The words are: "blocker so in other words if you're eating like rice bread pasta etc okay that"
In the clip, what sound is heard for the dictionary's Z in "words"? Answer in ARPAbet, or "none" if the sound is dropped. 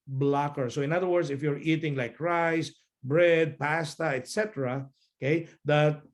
S